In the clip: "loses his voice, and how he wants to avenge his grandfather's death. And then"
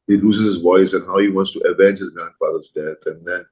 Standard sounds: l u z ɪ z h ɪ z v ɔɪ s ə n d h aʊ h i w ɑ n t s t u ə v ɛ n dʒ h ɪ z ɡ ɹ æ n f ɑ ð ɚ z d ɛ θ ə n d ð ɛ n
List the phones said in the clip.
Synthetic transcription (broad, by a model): l u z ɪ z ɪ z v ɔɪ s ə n h aʊ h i w ɑ n t s t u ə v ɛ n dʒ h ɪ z ɡ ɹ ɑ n f ɑ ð ɚ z d ɛ θ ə n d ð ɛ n